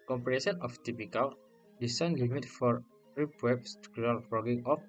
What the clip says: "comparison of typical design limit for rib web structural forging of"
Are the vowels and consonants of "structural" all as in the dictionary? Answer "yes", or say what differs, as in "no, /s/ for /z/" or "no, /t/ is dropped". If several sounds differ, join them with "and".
no, /ɹ/ is dropped and /tʃ/ is dropped